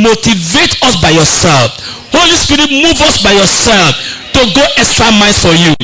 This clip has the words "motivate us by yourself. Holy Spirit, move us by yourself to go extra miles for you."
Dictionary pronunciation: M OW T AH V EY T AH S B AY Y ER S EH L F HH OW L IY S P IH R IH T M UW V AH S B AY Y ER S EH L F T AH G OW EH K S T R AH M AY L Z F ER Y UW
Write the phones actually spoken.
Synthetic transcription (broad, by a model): M OW T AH V EY T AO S B AY Y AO S EH L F HH OW L IY S P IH R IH T M UW V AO S B AY Y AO S EH L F T AH G OW EH K S T R AH M AY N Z F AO Y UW